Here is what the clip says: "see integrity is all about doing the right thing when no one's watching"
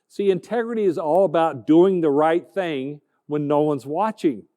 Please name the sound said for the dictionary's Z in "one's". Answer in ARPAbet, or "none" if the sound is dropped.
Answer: Z